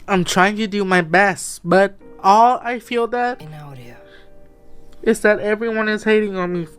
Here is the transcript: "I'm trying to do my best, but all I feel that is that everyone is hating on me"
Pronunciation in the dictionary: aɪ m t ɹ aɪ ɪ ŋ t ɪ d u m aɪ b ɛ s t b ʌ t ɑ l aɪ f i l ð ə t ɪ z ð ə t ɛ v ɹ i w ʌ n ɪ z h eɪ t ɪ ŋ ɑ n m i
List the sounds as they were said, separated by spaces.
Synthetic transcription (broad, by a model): aɪ m t ɹ aɪ ɪ ŋ t ɪ d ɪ m aɪ b ɛ s t b ʌ t ɑ l aɪ f i l ð ə t ɪ z ð ə t ɛ v ɹ i w ʌ n ɪ z h eɪ t ɪ ŋ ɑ n m i